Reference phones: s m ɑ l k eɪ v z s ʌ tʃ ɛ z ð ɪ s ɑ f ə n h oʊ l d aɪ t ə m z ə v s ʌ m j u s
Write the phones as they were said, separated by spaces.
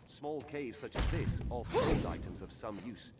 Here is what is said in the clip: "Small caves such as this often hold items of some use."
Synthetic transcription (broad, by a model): s m ɑ l k eɪ v z s ʌ tʃ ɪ z ð ɪ s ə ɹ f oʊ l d aɪ t ə m z ə v s ʌ m j u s